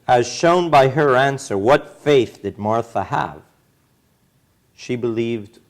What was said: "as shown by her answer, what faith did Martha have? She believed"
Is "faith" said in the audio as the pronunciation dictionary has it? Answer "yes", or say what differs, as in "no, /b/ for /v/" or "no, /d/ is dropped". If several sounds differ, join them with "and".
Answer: yes